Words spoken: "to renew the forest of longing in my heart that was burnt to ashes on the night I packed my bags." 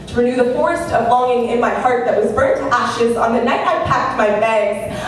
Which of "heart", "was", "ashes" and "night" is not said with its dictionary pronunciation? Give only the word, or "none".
none